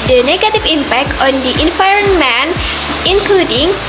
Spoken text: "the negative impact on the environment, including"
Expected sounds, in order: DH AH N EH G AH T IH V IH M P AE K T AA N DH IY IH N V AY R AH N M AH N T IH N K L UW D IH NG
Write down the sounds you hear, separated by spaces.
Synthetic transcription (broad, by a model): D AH N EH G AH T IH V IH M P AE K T AA N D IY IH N F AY R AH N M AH N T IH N K L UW D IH NG